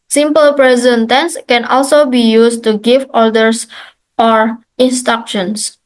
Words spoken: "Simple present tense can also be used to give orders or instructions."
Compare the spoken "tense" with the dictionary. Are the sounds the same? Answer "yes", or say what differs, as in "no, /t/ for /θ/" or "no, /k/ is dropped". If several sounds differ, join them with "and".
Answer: yes